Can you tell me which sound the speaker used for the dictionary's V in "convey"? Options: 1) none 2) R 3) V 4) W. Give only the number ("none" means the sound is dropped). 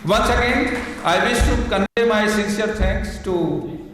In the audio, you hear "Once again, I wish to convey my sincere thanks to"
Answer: 1